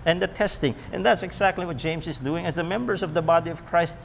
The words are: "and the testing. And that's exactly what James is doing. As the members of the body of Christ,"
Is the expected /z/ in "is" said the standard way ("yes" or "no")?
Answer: yes